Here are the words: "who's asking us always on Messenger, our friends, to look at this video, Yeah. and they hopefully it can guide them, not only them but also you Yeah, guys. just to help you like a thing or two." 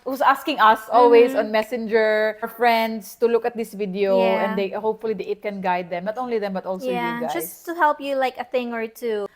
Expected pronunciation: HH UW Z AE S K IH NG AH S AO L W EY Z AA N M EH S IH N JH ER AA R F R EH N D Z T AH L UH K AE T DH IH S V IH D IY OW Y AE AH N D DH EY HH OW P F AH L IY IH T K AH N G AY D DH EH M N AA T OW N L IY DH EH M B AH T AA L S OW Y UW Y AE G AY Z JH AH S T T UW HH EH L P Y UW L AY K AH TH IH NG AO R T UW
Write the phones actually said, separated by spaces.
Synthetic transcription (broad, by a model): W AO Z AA S K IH NG AH S AO L W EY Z AA N M EH S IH N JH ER R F R EH N D S T AH L UH K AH T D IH S V IH D IY OW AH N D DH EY HH OW P F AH L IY IH T K AH N G AY D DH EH M N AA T OW N L IY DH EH M B AH T AA L S OW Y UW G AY JH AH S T T UW HH EH L P Y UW L AY K AH TH IH NG AO R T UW